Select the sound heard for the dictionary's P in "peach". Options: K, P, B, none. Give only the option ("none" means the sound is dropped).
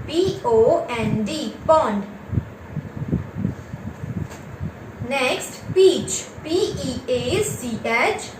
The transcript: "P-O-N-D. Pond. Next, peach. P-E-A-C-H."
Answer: P